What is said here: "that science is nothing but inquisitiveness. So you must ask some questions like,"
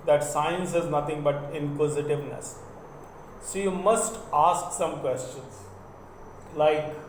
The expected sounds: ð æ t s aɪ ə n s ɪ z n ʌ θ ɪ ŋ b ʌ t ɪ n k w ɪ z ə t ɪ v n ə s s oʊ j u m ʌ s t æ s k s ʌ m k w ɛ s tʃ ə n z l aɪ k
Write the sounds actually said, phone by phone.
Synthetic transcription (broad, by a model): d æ t s aɪ ə n s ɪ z n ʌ t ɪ ŋ b ʌ t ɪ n k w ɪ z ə t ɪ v n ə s s oʊ j u m ʌ s t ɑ s k s ʌ m k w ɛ s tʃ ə n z l aɪ k